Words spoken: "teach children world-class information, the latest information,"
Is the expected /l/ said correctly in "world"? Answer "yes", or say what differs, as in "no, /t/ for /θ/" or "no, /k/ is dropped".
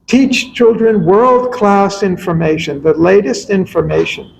yes